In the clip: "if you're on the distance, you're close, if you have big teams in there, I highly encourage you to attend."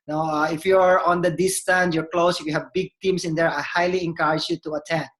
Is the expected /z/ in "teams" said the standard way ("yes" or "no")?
no